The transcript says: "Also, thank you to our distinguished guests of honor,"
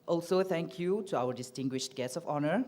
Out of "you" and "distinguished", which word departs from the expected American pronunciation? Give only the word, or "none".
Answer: none